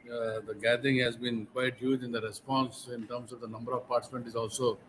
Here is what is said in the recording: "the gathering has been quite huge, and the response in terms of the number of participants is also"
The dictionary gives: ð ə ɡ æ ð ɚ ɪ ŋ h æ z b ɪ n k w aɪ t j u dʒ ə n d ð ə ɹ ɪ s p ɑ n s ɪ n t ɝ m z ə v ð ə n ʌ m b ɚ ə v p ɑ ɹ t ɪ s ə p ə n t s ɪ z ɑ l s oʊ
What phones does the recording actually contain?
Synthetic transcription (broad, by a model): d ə ɡ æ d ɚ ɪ ŋ h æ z b ɪ n k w aɪ t j u dʒ ə n d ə ɹ ɪ s p ɑ n s ɪ n t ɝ m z ə v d ə n ʌ m b ɚ ə v p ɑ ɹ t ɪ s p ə n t ɪ z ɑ l s oʊ